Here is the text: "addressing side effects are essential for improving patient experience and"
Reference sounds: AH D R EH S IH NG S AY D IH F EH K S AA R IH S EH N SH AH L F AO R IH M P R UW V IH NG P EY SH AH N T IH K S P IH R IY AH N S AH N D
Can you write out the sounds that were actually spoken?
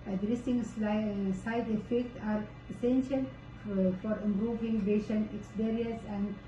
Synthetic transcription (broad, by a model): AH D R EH S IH NG S AY D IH F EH K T AA R IH S EH N SH AH L F AO R IH M P R UW V IH NG B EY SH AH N IH K S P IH R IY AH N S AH N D